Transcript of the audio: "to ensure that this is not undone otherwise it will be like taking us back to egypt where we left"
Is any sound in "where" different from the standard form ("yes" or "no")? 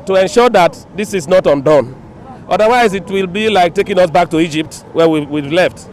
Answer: yes